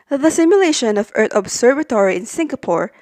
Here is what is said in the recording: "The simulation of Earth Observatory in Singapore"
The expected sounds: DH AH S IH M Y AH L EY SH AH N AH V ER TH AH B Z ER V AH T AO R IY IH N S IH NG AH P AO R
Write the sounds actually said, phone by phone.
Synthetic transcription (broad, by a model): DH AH S IH M Y AH L EY SH AH N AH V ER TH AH B S ER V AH T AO R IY IH N S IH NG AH P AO R